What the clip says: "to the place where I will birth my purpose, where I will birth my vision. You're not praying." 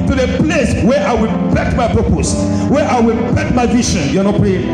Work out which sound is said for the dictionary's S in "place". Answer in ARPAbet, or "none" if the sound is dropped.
S